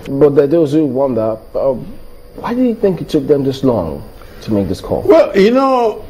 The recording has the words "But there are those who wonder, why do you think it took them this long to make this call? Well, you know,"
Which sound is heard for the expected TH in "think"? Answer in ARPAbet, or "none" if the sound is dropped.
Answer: TH